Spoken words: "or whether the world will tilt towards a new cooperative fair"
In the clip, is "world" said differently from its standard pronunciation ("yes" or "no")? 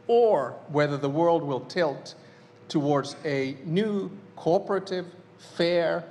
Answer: no